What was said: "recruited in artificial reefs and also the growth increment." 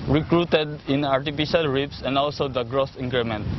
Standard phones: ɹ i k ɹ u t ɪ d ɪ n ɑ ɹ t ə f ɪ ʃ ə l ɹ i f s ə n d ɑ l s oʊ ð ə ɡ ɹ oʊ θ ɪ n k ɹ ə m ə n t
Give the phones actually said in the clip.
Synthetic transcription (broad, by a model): ɹ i k ɹ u t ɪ d ɪ n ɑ ɹ t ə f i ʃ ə l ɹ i p s ə n d ɑ l s oʊ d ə ɡ ɹ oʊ s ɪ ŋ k ɹ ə m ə n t